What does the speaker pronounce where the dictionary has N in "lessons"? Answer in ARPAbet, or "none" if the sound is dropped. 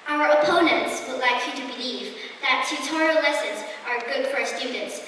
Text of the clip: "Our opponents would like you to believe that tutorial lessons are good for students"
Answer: N